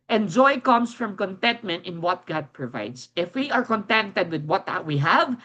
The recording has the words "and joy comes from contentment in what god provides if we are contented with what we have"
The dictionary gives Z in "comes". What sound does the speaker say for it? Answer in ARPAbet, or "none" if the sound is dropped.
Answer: S